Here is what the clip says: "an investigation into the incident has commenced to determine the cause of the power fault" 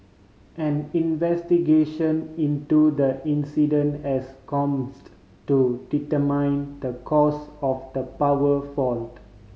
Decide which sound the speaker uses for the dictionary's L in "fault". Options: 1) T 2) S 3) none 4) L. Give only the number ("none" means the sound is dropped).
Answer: 4